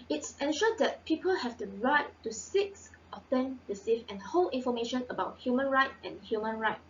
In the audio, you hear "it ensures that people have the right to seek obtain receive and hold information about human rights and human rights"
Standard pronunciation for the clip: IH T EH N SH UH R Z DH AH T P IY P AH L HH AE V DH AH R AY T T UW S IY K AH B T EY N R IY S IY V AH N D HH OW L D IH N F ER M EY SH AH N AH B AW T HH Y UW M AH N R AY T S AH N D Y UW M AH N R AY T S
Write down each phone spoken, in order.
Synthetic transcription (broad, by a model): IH T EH N SH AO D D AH T P IY P AH L HH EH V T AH R AY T T UW S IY K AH T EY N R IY S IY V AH N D HH OW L IH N F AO M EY SH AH N AH B AW T HH Y UW M AH N R AY T AH N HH Y UW M AH N R AY T